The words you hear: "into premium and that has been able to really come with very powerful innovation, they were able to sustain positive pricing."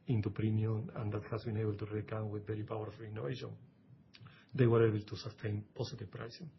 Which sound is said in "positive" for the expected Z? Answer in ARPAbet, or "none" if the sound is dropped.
S